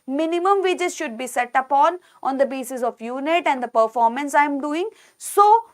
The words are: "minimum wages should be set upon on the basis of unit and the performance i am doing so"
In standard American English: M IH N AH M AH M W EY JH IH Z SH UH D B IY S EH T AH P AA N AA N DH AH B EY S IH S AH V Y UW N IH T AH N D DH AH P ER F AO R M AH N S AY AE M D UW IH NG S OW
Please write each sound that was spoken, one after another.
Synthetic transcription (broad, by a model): M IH N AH M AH M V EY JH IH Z SH UH D B IY S EH T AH P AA N AA N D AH B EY S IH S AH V Y UW N IH T AH N D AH P ER F AO R M AH N S AY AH M D UW IH NG S OW